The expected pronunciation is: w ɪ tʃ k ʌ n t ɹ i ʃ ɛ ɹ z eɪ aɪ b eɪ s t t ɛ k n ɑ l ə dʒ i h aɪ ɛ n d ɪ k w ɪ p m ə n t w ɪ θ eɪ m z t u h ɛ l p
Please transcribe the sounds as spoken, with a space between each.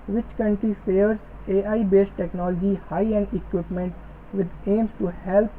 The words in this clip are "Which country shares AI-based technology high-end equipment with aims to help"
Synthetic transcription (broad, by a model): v ɪ tʃ k ʌ n t ɹ i s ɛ ɹ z eɪ aɪ b eɪ s t t ɛ k n ɑ l ə dʒ i h aɪ ɛ n d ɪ k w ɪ p m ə n t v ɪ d eɪ m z t u h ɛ l p